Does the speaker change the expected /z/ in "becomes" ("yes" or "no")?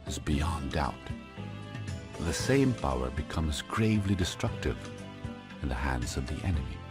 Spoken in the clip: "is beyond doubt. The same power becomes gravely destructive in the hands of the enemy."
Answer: no